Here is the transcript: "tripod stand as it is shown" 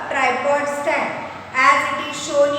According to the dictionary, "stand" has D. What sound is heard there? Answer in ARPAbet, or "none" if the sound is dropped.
none